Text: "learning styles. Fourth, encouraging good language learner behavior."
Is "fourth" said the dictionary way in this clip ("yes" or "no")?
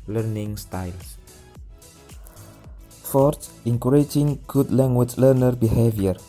no